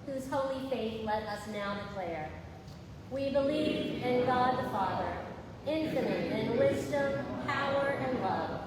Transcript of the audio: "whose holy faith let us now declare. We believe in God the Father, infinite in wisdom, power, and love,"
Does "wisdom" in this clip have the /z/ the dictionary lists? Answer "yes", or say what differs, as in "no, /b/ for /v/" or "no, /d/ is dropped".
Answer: yes